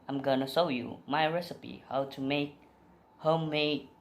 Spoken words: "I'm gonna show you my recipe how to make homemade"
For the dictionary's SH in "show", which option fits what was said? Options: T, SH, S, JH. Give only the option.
S